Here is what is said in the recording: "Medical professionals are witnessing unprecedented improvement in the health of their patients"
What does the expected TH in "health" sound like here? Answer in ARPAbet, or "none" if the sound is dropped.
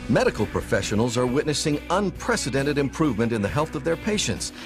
TH